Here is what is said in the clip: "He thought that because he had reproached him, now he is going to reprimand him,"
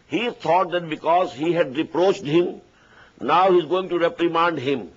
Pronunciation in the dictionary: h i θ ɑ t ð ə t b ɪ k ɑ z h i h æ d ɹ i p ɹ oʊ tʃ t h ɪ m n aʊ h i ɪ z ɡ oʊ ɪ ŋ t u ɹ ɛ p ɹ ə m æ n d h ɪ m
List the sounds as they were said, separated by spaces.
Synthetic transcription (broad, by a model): h i t ɑ t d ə t b ɪ k ɑ z h i h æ d ɹ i p ɹ oʊ tʃ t h ɪ m n aʊ h i z ɡ oʊ ɪ ŋ t u ɹ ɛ p ɹ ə m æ n d h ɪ m